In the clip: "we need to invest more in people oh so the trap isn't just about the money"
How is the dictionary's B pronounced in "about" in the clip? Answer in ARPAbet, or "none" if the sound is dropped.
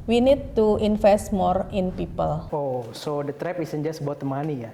none